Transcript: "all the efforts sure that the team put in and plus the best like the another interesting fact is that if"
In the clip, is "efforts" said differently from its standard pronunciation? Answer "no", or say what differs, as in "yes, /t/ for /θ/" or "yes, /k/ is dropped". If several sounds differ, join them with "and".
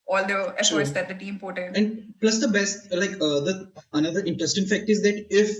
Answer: yes, /f/ is dropped